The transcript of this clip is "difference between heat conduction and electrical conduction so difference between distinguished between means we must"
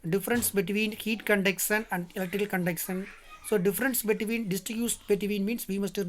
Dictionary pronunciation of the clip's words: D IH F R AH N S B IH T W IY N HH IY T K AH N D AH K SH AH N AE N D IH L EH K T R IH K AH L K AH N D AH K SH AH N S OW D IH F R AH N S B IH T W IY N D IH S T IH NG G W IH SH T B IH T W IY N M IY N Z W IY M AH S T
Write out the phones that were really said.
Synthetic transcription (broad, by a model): D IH F R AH N S B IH T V IY N HH IY T K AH N D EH K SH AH N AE N D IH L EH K T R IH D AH L K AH N D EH K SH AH N S OW D IH F R AH N S B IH T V IY N D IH S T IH G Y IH S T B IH T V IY N M IY N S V IY M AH S T